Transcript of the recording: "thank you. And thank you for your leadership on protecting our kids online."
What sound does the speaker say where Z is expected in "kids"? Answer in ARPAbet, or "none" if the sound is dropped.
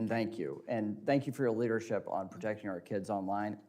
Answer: Z